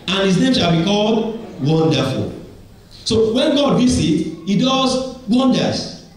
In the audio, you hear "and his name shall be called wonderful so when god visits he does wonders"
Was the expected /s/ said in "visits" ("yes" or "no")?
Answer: no